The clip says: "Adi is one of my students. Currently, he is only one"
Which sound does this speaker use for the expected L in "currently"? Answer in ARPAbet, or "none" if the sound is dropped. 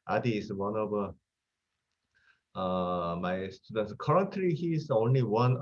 none